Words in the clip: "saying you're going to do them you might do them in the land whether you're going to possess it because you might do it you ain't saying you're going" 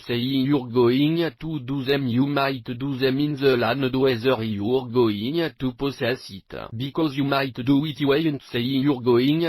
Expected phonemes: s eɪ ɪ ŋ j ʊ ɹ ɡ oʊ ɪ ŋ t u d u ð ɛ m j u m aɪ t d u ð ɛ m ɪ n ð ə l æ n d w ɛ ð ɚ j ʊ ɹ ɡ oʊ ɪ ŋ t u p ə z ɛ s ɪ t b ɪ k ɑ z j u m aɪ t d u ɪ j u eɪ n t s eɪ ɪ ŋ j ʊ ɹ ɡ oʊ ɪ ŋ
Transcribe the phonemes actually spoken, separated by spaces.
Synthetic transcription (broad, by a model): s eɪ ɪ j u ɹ ɡ oʊ ɪ ŋ t u d u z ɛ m j u m aɪ t d u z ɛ m ɪ n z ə l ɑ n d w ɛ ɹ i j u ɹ ɡ oʊ ɪ ŋ t u p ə s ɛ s ɪ t b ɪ k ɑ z j u m aɪ t d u ɪ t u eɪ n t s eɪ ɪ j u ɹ ɡ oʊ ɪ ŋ